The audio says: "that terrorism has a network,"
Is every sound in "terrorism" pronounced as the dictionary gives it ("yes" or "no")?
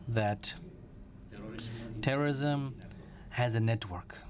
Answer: yes